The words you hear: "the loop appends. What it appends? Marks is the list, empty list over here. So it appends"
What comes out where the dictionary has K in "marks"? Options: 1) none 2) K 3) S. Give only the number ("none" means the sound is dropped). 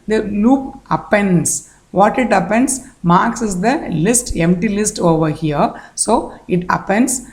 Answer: 2